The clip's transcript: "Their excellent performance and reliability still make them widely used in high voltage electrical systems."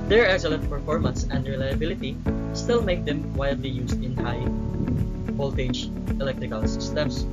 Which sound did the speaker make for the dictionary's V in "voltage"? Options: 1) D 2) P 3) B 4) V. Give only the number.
2